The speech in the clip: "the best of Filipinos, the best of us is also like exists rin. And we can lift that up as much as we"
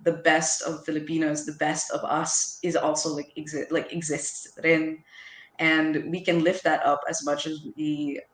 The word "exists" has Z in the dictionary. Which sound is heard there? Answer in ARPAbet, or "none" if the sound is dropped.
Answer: Z